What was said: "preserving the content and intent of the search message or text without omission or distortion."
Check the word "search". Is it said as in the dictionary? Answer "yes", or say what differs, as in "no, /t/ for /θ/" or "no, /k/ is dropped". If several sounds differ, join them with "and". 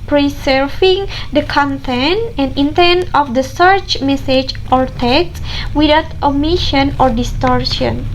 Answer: yes